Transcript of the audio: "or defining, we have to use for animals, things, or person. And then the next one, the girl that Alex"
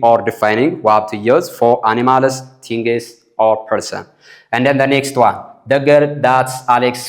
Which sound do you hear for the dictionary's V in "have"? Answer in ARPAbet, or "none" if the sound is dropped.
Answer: B